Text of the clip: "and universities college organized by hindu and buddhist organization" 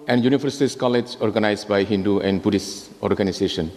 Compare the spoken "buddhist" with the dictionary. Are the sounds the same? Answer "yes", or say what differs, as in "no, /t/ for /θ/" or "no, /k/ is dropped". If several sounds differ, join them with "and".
no, /t/ is dropped